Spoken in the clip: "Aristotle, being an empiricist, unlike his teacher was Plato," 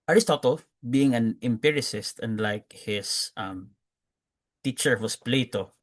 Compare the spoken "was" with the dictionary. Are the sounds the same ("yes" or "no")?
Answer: no